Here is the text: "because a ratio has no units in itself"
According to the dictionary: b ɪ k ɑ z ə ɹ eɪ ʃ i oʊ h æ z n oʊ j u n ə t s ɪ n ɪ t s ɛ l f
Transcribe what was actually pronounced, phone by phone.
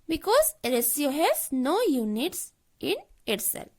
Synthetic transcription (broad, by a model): b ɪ k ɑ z ə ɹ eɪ s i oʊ h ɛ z n oʊ j u n ə t s ɪ n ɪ t s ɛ l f